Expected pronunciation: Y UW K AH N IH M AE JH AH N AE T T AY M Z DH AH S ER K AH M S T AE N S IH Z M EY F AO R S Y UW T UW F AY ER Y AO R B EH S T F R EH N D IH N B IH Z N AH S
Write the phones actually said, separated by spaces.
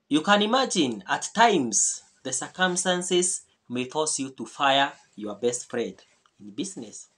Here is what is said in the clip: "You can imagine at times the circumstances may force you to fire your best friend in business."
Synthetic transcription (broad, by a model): Y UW K AH N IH M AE JH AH N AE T T AY M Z DH AH S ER K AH M S T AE N S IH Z M EY F AO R S Y UW T UW F AY ER Y AO R B EH S T F R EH D IH N B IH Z N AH S